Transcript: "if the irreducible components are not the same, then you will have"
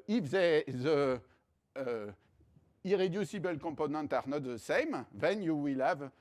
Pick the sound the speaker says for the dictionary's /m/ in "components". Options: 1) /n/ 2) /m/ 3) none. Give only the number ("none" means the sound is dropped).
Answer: 3